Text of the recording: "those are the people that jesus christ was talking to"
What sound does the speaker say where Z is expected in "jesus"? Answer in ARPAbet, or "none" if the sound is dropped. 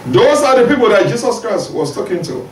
S